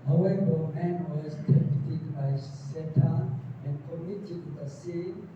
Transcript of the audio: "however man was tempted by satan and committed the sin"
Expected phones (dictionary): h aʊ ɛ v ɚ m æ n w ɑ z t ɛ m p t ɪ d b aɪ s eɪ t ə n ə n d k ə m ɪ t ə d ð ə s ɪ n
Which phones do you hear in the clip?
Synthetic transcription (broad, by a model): h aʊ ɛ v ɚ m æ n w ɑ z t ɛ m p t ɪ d b aɪ s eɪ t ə ə n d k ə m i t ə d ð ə s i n